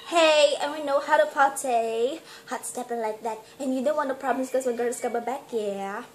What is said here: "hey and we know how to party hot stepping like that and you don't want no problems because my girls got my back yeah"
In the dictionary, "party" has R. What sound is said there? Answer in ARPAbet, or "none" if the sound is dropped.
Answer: L